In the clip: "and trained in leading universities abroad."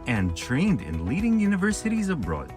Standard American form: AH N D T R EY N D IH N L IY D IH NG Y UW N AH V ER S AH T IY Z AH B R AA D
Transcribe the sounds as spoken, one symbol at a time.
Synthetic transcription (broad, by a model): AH N T R EY N D IH N L IY D IH NG Y UW N AH V ER S AH T IY Z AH B R AA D